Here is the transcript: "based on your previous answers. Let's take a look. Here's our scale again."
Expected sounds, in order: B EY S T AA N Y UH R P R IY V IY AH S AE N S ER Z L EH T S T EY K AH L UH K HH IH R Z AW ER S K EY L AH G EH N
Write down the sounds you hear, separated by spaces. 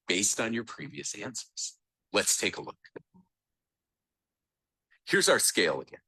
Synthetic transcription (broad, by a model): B EY S T N Y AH R P R IY V IY AH S AE N S ER Z L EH T S T EY K AH L UH K HH IH R Z AW ER S K EY L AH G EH N